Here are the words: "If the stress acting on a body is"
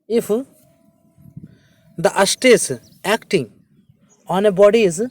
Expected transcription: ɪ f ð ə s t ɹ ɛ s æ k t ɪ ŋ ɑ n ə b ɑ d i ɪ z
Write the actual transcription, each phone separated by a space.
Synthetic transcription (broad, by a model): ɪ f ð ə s t ɛ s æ k t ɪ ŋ ɑ n ə b ɑ d i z